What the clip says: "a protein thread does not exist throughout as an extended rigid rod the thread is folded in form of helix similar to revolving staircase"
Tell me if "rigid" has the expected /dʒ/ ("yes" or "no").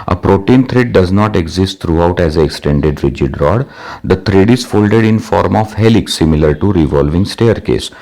yes